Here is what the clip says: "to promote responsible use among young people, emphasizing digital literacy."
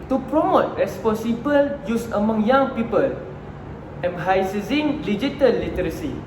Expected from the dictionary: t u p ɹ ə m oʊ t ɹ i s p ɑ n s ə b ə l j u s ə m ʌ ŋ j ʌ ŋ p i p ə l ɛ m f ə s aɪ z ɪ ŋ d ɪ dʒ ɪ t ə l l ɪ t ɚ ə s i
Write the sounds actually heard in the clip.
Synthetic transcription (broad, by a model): t u p ɹ ə m oʊ t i s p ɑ s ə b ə l j u s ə m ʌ ŋ j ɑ ŋ p i p ə l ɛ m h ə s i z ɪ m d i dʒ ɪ t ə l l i t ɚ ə s i